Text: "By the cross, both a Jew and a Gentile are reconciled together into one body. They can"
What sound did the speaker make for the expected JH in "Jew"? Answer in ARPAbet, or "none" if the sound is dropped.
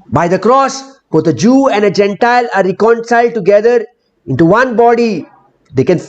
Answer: JH